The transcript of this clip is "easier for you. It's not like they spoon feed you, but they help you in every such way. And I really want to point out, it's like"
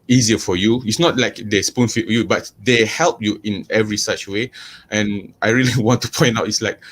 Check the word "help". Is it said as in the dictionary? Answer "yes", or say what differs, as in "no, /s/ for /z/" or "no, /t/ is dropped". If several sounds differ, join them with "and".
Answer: yes